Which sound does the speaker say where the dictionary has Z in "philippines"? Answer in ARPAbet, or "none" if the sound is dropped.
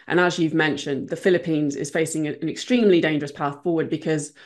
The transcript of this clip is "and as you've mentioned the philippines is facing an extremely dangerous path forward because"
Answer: Z